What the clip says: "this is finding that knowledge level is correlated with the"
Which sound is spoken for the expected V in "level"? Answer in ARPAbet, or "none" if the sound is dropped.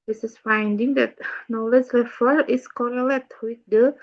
F